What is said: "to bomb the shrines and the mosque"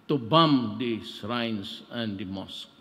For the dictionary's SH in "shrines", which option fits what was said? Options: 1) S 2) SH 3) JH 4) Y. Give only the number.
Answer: 1